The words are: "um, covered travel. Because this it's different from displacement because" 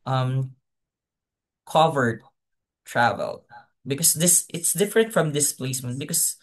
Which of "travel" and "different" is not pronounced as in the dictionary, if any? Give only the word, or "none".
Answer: none